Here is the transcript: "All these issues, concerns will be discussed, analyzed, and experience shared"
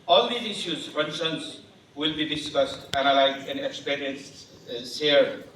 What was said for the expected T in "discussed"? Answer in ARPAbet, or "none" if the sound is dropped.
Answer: T